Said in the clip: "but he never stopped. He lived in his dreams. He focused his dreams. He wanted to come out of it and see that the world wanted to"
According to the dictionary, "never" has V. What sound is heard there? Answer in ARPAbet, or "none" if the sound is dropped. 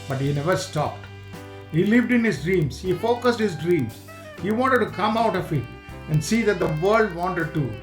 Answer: V